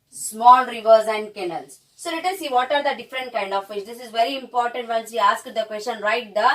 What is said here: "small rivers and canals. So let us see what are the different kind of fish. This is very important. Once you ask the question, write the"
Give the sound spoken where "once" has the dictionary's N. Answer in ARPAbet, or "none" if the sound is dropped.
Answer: L